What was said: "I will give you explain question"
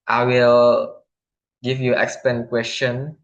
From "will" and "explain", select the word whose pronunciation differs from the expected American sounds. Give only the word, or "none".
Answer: explain